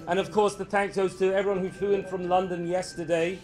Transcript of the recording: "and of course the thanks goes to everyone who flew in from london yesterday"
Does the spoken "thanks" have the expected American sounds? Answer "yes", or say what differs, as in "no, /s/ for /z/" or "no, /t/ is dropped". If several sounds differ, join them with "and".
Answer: yes